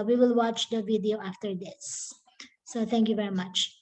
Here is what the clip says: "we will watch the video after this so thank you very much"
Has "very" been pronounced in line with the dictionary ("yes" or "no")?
yes